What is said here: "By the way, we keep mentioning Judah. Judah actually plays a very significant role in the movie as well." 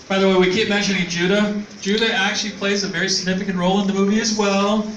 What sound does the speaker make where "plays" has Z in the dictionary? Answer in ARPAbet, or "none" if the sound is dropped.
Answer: Z